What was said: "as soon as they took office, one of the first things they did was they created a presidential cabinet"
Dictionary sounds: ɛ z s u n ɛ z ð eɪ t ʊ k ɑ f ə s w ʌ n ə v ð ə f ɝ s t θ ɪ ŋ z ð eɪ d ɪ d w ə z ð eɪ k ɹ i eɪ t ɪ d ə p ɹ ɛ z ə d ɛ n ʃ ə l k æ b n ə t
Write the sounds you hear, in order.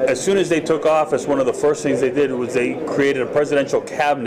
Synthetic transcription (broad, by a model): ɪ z s u n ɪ z ð eɪ t ʊ k ɑ f ə s w ʌ n ə v ð ə f ɝ s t θ ɪ ŋ z ð eɪ d ɪ d w ə z ð eɪ k ɹ i eɪ t ɪ d ə p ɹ ɛ z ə d ɛ n ʃ l k æ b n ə